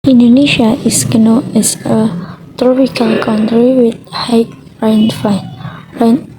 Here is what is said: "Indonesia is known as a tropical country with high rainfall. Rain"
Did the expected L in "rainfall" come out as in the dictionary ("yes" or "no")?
no